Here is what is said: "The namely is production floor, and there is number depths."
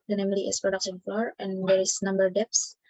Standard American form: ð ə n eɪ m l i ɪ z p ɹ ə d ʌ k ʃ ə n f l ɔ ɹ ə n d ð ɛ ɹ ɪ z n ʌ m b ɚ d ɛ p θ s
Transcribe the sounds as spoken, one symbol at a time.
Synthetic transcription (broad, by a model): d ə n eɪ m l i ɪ s p ɹ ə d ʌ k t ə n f ɔ ɹ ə n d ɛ ɹ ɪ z n ʌ m b ɚ d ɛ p s